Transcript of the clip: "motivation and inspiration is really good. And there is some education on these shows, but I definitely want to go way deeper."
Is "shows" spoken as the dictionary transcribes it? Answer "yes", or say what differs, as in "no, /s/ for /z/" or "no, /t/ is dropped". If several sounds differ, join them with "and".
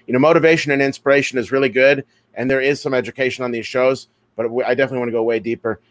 yes